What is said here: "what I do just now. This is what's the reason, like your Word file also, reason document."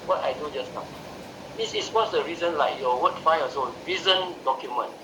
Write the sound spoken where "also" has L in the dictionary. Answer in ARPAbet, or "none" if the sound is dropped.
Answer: none